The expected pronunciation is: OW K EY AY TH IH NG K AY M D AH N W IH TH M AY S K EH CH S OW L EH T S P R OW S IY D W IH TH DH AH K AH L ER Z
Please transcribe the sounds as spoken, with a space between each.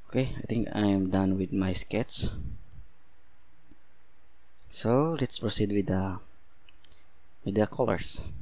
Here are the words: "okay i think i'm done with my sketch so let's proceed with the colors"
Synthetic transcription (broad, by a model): OW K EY AY T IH NG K AY M D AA N W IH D M AY S K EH S S OW L EH T S P R OW S IY D W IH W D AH K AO L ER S